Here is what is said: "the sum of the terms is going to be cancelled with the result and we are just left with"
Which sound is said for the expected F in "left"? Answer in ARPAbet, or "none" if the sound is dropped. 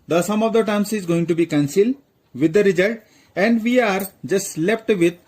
P